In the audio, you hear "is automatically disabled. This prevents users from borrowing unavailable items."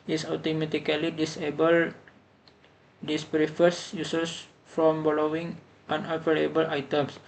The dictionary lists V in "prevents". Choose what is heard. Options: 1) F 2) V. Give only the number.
1